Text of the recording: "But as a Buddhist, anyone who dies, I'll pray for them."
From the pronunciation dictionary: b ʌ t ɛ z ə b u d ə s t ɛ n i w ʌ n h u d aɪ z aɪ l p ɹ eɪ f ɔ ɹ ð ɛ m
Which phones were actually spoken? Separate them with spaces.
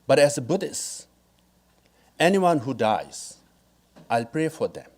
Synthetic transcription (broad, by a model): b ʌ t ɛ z ə b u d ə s ɛ n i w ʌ n h u d aɪ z aɪ l p ɹ eɪ f ɔ ɹ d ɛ m